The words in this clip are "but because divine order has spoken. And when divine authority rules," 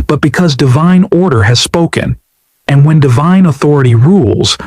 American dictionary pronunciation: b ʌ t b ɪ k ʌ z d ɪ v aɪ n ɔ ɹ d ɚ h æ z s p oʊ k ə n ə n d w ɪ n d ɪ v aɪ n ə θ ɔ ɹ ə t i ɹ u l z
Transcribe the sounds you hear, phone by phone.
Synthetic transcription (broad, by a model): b ʌ t b ɪ k ʌ z d ɪ v aɪ n ɔ ɹ d ɚ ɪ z s p oʊ k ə n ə n w ɪ n d ɪ v aɪ n ə θ ɔ ɹ ə t i ɹ u l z